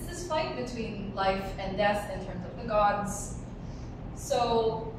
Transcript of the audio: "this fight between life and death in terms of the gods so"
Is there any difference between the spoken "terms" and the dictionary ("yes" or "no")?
no